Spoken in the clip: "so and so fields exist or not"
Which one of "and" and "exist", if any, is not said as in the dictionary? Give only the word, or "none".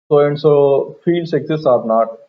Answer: exist